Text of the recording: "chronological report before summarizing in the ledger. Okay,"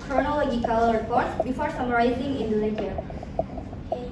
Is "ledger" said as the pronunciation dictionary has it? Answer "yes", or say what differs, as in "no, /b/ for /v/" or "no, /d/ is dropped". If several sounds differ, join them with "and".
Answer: no, /n/ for /l/